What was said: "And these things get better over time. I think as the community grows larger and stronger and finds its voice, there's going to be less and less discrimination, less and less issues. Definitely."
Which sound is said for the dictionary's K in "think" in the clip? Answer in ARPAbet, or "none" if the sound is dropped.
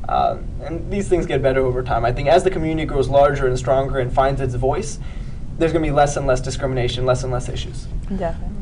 K